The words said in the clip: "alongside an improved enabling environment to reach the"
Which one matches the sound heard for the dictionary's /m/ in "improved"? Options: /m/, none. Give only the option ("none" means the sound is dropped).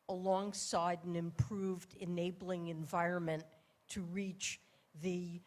/m/